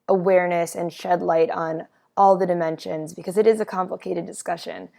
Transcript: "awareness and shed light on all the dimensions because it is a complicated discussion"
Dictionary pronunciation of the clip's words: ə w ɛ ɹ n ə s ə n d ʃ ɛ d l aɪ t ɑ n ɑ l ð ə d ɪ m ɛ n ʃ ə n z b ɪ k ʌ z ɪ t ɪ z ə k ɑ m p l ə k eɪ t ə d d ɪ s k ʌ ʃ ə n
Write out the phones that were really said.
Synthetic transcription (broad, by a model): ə w ɛ ɹ n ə s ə n ʃ ɛ d l aɪ t n ɑ l ð ə d ɪ m ɛ n ʃ ə n z b ɪ k ʌ z ɪ t ɪ z ə k ɑ m p l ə k eɪ t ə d d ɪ s k ʌ ʃ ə n